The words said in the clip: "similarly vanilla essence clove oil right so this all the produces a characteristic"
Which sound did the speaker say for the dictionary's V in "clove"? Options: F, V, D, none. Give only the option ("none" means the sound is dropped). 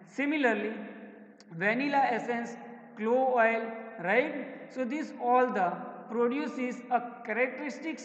none